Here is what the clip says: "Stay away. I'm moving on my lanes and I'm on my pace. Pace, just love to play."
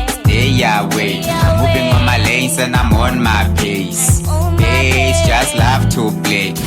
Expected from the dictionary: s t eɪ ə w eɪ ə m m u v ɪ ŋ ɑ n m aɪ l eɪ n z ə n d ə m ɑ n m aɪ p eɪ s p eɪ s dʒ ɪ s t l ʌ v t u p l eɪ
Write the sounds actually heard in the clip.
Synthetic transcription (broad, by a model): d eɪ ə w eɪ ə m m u b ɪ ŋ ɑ m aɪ l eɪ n s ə n ə m ɑ n m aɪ p eɪ s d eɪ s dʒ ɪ s t l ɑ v t u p l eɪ